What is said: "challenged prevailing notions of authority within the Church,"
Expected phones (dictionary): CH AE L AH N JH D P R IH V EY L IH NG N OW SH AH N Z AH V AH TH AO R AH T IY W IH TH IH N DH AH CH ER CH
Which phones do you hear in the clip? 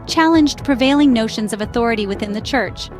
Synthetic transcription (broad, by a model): CH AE L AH N JH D P R IH V EY L IH NG N OW SH AH N Z AH V AH TH AO R AH T IY W IH TH IH N DH AH CH ER CH